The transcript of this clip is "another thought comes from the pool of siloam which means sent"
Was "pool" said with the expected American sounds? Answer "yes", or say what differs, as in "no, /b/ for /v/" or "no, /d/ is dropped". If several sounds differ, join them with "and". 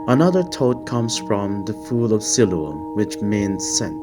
no, /f/ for /p/